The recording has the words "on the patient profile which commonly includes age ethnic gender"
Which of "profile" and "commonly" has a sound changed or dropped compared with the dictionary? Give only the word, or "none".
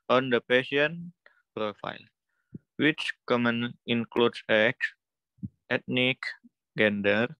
commonly